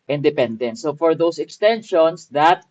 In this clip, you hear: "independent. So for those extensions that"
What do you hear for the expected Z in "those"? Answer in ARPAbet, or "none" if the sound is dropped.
S